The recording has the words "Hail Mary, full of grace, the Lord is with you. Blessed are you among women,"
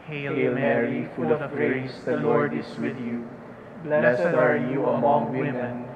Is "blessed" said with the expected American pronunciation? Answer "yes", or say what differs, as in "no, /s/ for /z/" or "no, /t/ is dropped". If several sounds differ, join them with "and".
no, /t/ is dropped